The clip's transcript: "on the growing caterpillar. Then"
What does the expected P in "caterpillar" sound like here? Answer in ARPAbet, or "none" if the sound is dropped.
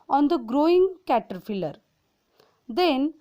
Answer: F